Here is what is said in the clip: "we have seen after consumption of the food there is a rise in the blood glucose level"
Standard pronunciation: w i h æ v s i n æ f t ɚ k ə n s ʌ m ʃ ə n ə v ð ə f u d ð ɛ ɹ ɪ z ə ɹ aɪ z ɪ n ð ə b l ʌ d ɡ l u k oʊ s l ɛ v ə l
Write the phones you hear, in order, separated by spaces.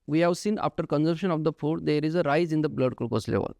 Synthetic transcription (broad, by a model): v i h æ v s i n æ f t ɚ k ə n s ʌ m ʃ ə n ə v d ə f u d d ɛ ɹ ɪ z ə ɹ aɪ z ɪ n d ə b l ʌ d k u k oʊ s l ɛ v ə l